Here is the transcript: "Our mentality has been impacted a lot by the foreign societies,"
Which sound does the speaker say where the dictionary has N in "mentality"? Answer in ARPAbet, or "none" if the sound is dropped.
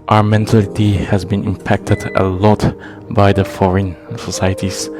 N